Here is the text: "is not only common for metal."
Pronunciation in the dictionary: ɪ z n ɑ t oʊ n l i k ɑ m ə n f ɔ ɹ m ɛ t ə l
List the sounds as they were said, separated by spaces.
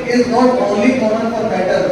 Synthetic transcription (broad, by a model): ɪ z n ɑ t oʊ l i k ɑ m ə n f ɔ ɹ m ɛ t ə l